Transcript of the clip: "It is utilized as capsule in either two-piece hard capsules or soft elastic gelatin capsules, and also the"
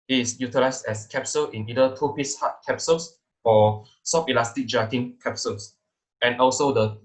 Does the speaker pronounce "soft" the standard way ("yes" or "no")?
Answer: no